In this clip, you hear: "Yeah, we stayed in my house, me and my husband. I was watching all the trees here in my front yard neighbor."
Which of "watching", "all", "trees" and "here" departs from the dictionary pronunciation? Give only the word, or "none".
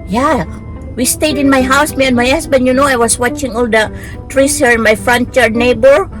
trees